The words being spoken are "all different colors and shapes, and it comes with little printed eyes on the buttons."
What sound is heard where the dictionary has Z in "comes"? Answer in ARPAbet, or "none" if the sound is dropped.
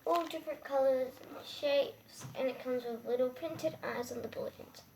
Z